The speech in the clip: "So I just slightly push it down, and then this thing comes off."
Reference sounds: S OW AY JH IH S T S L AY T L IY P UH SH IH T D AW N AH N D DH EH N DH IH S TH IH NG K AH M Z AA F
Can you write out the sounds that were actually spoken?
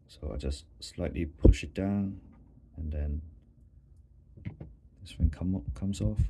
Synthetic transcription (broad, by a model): S OW AY JH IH S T S L AY T L IY P UH SH IH T D AW N AH N D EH N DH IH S F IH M K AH M S AA F